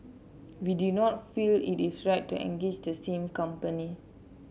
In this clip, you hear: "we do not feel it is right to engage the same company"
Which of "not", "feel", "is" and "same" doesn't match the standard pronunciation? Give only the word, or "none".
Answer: is